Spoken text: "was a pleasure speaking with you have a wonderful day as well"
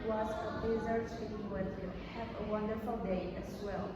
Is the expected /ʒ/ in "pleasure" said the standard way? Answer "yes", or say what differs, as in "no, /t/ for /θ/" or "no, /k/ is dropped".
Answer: no, /z/ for /ʒ/